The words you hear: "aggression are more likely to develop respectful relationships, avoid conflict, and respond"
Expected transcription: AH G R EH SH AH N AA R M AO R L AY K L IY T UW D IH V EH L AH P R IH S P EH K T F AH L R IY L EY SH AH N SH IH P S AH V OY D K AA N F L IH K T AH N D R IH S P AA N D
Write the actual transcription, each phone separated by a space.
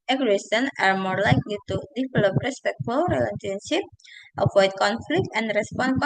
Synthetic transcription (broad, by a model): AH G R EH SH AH N AA R M AO R L AY K L IY T UW D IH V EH L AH P R IH S P EH K T F AH L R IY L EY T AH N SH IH P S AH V OY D K AA N F L IH K T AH N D R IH S P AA N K